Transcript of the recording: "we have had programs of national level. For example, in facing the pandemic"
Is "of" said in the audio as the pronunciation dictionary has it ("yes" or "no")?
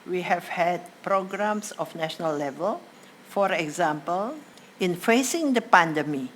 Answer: no